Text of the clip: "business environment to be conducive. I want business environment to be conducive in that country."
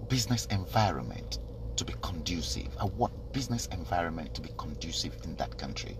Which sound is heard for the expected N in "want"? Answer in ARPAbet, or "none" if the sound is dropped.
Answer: none